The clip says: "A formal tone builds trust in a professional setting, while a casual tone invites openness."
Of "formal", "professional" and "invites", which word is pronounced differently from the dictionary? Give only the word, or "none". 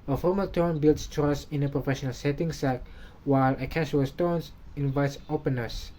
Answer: none